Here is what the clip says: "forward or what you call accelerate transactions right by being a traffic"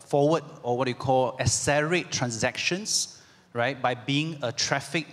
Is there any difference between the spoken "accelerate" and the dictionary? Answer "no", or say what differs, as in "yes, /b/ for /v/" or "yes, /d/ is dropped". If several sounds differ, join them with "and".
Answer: yes, /k/ is dropped